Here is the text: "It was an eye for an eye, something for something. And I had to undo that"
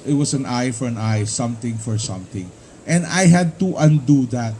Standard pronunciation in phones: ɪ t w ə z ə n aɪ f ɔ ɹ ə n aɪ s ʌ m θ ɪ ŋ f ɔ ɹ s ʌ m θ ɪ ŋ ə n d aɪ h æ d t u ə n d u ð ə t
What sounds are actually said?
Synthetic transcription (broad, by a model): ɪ t w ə s ə n aɪ f ɔ ɹ ə n aɪ s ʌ m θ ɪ ŋ f ɔ ɹ s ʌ m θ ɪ ŋ ə n d aɪ h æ d t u ə n d u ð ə t